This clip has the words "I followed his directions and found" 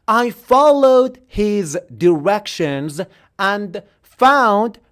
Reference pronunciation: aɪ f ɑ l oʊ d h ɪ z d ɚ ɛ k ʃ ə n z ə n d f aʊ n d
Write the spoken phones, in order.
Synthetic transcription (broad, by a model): aɪ f ɑ l oʊ d h ɪ z d ɚ ɛ k ʃ ə n z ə n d f aʊ n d